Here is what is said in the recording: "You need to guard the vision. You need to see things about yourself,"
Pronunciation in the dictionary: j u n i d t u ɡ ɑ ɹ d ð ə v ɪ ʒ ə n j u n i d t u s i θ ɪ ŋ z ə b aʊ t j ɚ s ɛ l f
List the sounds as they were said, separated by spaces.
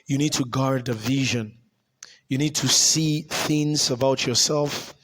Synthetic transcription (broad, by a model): j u n i d t u ɡ ɑ ɹ d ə v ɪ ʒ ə n j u n i d t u s i θ ɪ ŋ z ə b aʊ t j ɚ s ɛ l f